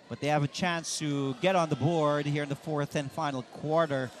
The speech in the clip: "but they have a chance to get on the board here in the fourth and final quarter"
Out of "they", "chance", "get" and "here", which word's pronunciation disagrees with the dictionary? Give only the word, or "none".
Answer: none